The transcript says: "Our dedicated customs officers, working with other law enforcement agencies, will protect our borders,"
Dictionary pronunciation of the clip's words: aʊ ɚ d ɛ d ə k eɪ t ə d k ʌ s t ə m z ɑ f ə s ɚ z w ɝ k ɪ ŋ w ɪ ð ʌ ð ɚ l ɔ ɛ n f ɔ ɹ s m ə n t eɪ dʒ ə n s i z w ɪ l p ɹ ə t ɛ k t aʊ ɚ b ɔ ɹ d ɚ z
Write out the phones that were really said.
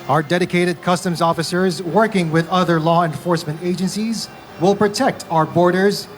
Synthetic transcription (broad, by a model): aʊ ɚ d ɛ d ə k eɪ t ə d k ʌ s t ə m z ɑ f ə s ɚ z w ɝ k ɪ ŋ w ɪ ð ʌ ð ɚ l ɔ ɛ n f ɔ ɹ s m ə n t eɪ dʒ ə n s i z w ɪ l p ɹ ə t ɛ k t aʊ ɚ b ɔ ɹ d ɚ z